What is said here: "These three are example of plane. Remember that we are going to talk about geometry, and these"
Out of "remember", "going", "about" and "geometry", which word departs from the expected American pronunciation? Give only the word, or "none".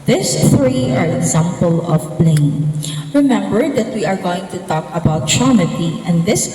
geometry